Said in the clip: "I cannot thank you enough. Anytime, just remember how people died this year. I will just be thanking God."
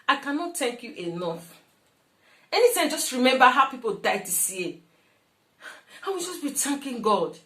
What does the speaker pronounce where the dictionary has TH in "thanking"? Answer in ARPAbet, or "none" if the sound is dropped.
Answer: T